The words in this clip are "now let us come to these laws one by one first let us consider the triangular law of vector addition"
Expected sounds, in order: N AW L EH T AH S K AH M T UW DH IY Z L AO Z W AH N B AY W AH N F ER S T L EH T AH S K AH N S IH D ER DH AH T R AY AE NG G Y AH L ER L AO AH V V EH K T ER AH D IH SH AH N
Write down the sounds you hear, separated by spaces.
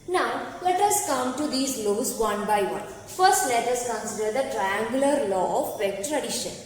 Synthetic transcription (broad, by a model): N AW L EH T AH S K AH M T UW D IY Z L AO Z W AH N B AY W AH N F ER S T L EH T AH S K AH N S IH D ER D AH T R AY AE NG G Y AH L ER L AO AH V P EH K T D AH D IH SH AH N